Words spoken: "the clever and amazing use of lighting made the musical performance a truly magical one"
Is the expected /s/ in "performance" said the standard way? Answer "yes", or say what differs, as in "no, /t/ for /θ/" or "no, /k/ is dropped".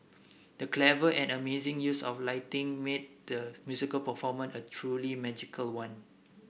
no, /s/ is dropped